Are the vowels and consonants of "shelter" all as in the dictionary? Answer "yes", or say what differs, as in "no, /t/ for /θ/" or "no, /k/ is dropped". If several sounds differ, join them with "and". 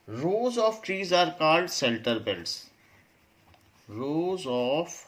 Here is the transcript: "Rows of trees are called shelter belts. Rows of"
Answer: no, /s/ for /ʃ/